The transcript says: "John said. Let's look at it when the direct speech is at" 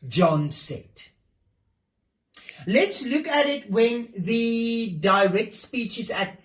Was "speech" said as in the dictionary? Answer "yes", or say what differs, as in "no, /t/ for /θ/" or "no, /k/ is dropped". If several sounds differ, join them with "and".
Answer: yes